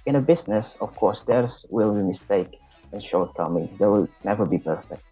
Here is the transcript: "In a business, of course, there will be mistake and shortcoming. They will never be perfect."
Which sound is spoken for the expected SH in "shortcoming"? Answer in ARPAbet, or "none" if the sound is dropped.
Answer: SH